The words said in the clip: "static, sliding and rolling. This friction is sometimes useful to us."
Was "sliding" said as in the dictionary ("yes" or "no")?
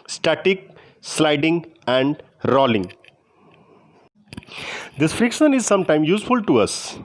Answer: yes